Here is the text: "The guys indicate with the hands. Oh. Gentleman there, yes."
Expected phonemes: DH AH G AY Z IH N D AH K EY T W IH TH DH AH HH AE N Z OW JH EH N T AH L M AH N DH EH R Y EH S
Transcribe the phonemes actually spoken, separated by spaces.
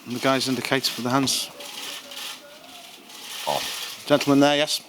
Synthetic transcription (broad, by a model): DH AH G AY Z IH N D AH K EY T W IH DH AH HH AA N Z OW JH EH N T L M AH N DH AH Y EH S